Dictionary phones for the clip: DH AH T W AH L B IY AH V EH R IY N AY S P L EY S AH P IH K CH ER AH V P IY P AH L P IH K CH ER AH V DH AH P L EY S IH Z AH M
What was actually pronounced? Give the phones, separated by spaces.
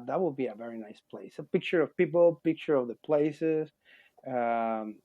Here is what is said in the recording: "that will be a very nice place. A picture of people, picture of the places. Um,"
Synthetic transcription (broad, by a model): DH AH T W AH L B IY AH V EH R IY N AY S P L EY S AH P IH K CH ER AH V P IY P L P IH K CH ER AH V DH AH P L EY S IH Z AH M